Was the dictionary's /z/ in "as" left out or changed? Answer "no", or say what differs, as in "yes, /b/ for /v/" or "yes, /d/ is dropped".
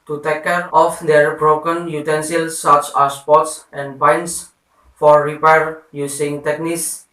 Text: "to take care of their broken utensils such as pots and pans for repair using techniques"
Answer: yes, /s/ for /z/